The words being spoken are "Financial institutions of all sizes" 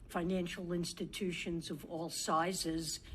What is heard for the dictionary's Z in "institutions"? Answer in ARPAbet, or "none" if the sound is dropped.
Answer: Z